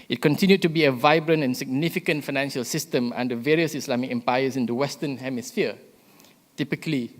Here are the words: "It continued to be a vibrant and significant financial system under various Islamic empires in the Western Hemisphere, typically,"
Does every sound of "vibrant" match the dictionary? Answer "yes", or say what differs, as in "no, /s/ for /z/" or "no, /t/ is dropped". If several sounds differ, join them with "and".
yes